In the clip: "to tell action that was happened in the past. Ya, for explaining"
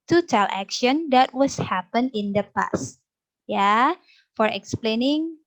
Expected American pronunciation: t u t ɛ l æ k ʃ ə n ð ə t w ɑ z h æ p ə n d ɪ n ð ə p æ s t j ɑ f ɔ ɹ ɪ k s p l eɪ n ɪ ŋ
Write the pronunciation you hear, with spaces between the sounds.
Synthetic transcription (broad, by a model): t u t ɛ l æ k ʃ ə n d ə t w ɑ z h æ p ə n ɪ n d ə p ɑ s t j ɑ f ɔ ɹ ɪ k s p l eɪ n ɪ ŋ